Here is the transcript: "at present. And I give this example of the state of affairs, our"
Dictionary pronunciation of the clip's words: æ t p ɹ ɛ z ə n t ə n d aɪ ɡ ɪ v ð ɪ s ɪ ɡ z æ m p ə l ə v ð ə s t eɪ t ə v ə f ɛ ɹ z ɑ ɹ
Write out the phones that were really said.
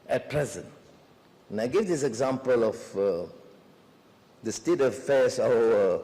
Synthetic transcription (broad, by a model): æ t p ɹ ɛ z ə n t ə n aɪ ɡ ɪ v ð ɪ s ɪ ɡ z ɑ m p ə l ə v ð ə s t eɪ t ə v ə f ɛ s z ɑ